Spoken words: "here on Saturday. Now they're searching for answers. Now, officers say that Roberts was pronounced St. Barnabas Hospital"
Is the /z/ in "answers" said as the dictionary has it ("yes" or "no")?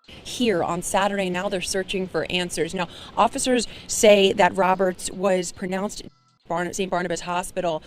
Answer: yes